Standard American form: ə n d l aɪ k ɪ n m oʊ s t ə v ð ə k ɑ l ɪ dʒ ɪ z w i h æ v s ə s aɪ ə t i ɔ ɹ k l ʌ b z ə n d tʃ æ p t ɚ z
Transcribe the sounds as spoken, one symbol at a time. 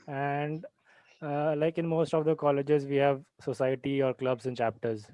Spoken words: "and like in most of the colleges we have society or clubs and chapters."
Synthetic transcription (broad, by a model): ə n d l aɪ k ɪ n m oʊ s t ə v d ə k ɑ l ɪ dʒ ɪ z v i h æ v s ə s aɪ ə t i ɔ ɹ k l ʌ b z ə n tʃ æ p t ɚ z